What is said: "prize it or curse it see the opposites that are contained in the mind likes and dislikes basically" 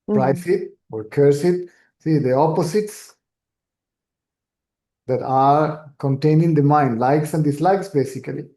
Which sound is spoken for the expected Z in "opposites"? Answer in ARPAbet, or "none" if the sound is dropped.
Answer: S